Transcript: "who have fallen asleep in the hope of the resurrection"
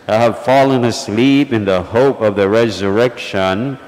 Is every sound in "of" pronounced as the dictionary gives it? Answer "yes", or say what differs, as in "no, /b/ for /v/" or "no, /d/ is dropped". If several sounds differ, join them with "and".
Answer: yes